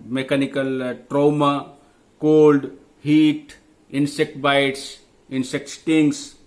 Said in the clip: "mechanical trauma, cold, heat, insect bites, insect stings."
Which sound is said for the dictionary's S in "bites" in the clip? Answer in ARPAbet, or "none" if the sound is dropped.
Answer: S